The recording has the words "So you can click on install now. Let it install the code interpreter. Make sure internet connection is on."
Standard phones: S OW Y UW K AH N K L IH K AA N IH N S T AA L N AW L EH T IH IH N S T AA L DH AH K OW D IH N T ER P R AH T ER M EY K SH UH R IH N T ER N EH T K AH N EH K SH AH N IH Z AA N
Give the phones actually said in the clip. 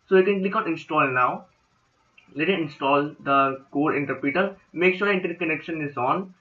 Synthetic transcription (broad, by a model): S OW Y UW K AH N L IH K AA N IH N S T AA L N AW L EH T IH IH N S T AA L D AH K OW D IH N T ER P AH T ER M EY K SH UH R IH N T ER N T K AH N EH K SH AH N IH Z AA N